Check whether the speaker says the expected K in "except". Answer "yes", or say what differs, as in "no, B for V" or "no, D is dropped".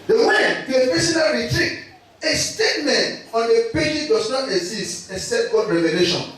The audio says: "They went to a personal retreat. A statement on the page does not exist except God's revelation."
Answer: no, K is dropped